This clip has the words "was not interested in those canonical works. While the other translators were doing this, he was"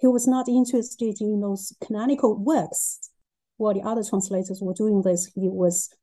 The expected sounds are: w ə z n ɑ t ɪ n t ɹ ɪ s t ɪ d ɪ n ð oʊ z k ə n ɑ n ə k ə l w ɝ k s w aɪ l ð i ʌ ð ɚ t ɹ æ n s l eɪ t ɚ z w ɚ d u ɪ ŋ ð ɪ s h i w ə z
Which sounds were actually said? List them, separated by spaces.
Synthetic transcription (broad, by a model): w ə z n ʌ t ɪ n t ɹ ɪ s t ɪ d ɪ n ð oʊ z k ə n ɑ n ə k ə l w ɝ k s w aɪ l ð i ʌ ð ɚ t ɹ æ n s l eɪ t ɚ z w ɚ d u ɪ ŋ ð ɪ s h i w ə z